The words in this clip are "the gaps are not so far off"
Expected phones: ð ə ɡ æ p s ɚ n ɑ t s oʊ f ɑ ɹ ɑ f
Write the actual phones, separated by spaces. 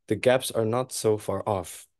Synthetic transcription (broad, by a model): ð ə ɡ æ p s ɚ n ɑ t s oʊ f ɑ ɹ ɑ f